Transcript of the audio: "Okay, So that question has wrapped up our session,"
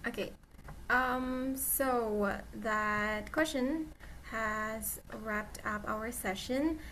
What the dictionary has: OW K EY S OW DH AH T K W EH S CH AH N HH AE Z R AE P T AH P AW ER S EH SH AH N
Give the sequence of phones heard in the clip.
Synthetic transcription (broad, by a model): OW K EY S OW DH AH T K W EH S CH AH N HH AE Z R AE P T AH P AW ER S EH SH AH N